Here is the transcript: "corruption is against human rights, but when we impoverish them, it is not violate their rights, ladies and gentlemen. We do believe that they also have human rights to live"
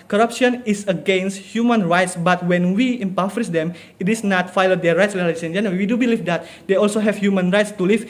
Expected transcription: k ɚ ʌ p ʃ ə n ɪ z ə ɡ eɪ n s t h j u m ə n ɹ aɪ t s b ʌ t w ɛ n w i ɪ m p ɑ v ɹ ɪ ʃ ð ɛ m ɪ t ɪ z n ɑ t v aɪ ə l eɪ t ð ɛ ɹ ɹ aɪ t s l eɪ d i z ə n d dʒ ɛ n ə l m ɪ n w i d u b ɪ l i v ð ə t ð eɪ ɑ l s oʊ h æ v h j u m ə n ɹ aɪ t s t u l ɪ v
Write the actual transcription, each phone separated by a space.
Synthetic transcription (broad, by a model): k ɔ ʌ p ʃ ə n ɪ s ə ɡ eɪ n s t h j u m ə n ɹ aɪ t s b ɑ t w ɛ n w i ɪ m p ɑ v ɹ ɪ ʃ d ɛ m ɪ t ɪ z n ɑ t f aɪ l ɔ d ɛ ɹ ɹ aɪ t s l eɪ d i s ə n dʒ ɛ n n w i d u b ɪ l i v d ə t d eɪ ɑ l s oʊ h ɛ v h j u m ə n ɹ aɪ t s t u l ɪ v